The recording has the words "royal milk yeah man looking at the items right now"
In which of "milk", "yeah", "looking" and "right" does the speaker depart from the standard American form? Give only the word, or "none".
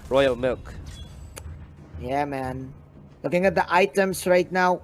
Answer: none